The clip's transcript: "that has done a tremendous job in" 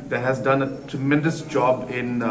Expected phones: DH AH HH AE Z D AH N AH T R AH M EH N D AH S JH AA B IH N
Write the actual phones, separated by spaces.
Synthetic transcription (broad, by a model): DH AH HH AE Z D AH N AH T R AH M EH N D AH S JH AA B IH N